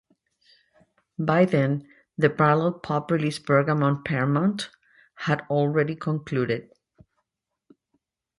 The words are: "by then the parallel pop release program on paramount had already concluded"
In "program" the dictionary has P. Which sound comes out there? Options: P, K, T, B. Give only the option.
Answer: B